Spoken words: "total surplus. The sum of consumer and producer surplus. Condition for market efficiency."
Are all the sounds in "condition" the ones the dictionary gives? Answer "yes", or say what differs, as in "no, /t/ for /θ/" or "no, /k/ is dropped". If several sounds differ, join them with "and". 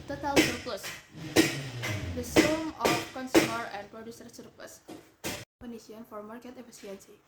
no, /ʃ/ is dropped